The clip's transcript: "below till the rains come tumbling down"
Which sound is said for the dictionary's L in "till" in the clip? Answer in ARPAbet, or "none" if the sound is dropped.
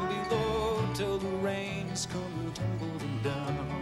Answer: L